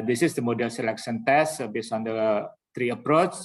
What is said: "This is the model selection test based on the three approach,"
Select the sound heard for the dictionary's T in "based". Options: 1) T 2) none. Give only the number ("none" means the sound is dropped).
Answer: 2